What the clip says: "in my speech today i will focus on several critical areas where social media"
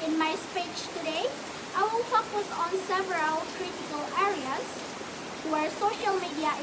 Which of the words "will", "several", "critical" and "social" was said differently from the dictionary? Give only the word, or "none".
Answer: none